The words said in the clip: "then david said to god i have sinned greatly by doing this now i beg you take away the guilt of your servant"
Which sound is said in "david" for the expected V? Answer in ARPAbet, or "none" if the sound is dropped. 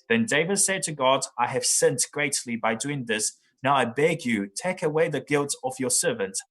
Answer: V